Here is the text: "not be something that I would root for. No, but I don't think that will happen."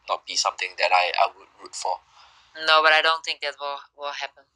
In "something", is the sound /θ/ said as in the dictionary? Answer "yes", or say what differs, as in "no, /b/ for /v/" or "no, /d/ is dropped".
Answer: no, /t/ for /θ/